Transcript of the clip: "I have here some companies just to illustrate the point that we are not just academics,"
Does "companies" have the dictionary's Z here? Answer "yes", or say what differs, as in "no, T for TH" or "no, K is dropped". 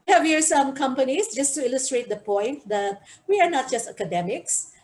no, S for Z